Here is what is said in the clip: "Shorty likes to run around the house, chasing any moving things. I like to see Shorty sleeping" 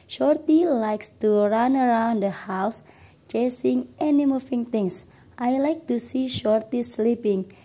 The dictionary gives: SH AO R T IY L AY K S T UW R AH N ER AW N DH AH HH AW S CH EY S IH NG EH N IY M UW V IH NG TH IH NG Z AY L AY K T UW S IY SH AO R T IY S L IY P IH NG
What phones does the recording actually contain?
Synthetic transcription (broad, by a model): SH AO R T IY L AY K S T UW R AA N ER AW N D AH HH AW S CH EY S IH NG EH N IY M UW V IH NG T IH NG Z AY L AY K T UW S IY SH AO R T IY S L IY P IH NG